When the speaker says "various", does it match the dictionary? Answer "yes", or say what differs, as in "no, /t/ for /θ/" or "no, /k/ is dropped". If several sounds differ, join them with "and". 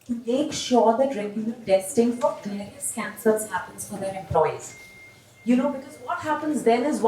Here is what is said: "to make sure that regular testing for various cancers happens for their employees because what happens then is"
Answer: no, /ɹ/ is dropped